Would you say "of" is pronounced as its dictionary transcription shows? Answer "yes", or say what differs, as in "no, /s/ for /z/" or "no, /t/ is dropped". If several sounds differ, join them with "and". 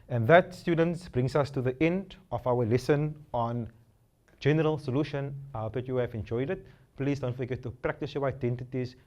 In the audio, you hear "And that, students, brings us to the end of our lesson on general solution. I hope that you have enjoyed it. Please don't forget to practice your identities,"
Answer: no, /f/ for /v/